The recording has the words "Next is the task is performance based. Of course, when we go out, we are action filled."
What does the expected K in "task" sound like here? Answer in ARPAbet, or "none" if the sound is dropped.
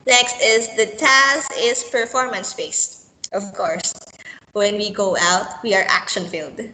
none